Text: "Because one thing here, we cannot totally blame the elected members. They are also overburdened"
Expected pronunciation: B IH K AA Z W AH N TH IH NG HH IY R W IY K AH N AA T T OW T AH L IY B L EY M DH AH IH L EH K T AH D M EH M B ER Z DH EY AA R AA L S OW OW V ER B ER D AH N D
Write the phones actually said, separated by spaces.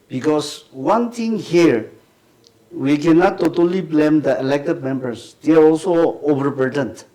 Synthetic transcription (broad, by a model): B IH K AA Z W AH N T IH NG HH IY R W IY K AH N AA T T OW T AH L IY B L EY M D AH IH L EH K T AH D M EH M B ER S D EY AA R AA L S OW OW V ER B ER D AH N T